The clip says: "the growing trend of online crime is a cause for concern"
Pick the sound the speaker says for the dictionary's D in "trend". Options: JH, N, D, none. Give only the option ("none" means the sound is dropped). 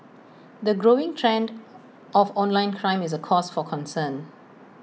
D